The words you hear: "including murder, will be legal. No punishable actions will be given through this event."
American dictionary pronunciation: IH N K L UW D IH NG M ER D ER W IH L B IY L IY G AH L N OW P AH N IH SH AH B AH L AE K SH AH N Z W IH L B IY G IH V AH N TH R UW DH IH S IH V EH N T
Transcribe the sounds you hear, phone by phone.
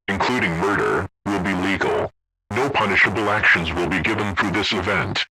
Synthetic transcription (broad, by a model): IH N K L UW D IH NG M ER D ER W IH L B IY L IY G L N OW P AH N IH SH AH B L AE K SH AH N Z W IH L B IY G IH V AH N TH R UW DH IH S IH V EH N T